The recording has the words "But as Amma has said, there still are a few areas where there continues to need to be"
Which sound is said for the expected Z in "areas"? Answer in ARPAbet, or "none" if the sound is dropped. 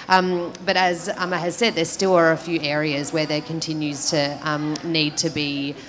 Z